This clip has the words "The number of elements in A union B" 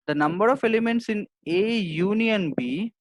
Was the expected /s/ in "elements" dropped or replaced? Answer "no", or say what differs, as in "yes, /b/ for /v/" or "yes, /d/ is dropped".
no